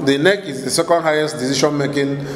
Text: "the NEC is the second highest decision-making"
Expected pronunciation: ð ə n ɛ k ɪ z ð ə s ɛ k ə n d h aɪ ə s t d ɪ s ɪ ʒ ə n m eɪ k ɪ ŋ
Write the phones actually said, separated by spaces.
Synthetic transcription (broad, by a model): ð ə n ɛ k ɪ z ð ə s ɛ k ə n d h aɪ ə s t d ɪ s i ʃ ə n m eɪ k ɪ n